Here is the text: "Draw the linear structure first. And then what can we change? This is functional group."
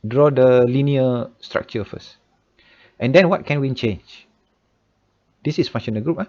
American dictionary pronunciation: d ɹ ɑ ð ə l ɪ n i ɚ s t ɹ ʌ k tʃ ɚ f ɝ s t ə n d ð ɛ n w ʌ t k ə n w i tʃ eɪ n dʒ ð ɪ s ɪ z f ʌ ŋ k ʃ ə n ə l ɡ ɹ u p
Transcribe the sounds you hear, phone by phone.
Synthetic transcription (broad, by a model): d ɹ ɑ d ə l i n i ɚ s t ɹ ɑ k tʃ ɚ f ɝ s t ə n d ɛ n w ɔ t k ə n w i tʃ eɪ n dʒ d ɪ s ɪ s f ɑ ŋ ʃ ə n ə ɡ ɹ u p